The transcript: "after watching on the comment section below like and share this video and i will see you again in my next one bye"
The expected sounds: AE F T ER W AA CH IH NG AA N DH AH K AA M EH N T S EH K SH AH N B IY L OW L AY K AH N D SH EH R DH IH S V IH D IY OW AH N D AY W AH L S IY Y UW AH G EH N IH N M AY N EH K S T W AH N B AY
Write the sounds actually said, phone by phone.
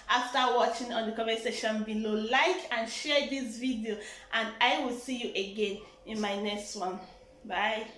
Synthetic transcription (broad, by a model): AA F T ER W AA CH IH NG AA N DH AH K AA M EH S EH SH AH N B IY L OW L AY K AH N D SH EH R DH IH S V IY D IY OW AH N D AY W AH L S IY Y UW AH G EH N IH N M AY N EH K S T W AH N B AY